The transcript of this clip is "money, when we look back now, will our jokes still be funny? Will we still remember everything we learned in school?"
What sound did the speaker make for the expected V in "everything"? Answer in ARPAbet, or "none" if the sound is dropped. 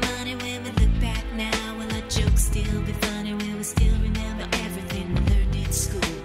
V